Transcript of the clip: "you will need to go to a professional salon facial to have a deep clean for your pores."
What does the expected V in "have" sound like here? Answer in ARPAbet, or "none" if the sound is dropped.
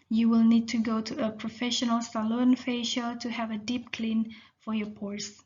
V